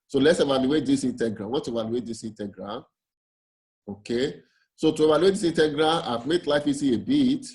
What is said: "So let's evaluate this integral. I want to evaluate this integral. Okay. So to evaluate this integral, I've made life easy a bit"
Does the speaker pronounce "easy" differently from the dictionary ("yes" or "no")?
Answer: yes